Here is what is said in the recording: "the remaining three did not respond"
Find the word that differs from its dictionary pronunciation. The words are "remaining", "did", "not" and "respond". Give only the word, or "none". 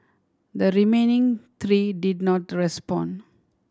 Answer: respond